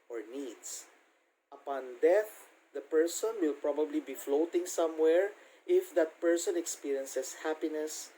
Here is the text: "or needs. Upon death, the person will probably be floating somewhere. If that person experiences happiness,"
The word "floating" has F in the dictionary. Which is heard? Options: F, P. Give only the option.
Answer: F